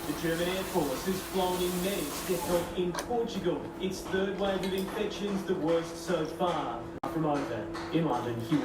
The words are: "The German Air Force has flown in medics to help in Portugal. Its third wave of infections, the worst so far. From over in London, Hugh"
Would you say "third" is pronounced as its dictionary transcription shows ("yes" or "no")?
yes